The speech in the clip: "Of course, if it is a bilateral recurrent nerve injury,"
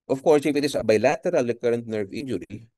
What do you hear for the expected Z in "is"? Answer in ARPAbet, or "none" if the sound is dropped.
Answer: S